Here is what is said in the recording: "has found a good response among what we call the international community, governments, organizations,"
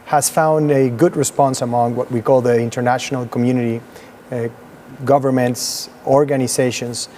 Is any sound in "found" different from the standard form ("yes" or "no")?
no